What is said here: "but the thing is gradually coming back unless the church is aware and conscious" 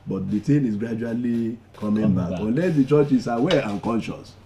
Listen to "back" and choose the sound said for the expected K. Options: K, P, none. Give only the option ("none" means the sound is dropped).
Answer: none